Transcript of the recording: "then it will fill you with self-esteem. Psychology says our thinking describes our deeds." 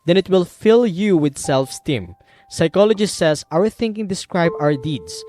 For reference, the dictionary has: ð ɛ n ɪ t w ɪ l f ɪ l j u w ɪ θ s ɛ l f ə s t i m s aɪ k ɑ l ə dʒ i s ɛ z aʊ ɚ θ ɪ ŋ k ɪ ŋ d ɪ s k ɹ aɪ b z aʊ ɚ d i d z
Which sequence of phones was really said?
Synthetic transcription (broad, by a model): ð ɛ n ɪ t w ɪ l f ɪ l j u w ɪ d s ɛ l f s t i m s aɪ k ɑ l ə dʒ i s ɛ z aʊ ɚ θ ɪ ŋ k ɪ ŋ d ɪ s k ɹ aɪ b aʊ ɚ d i d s